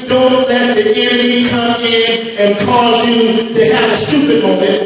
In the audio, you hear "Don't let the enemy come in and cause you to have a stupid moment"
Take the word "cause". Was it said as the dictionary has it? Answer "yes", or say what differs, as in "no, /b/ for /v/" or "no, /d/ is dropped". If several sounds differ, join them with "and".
yes